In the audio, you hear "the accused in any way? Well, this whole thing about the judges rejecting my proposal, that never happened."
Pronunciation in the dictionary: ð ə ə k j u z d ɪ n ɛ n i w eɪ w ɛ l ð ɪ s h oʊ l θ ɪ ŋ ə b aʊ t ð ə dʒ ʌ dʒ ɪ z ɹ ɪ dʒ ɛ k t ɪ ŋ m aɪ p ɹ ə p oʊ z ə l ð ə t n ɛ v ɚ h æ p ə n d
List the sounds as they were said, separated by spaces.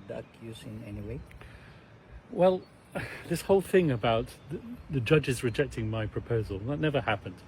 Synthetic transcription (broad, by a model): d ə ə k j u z ɪ n ɛ n i w eɪ w ɛ l ð ɪ s h oʊ l θ ɪ ŋ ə b aʊ t ð ə dʒ ʌ dʒ ɪ z ɹ ɪ dʒ ɛ k t ɪ ŋ m aɪ p ɹ ə p oʊ z ə l ð ə t n ɛ v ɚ h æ p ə n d